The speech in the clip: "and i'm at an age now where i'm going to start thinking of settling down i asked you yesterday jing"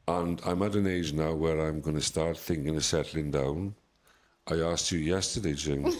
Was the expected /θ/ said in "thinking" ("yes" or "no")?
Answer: yes